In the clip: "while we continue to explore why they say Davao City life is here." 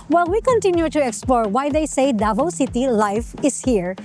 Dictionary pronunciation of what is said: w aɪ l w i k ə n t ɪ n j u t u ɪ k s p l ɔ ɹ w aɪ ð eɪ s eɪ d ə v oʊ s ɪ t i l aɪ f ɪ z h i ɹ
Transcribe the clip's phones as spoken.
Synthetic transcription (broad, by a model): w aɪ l w i k ə n t ɪ n j u t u ɪ k s p l ɔ ɹ w aɪ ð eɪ s eɪ d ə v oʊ s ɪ t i l aɪ f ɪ s h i ɹ